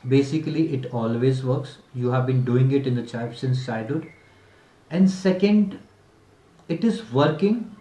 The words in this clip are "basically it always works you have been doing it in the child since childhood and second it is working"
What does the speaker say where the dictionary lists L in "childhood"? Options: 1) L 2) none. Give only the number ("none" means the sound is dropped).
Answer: 2